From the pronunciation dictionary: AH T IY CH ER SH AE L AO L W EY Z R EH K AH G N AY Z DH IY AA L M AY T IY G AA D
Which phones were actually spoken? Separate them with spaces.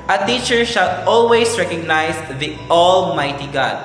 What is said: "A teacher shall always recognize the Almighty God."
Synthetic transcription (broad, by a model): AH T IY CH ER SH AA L AO L W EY S R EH K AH G N AY S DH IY AA L M AY T IY G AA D